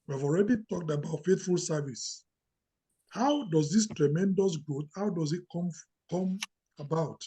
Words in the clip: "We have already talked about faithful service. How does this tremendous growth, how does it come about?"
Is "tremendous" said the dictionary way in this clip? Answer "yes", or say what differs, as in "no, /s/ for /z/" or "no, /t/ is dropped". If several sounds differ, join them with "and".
yes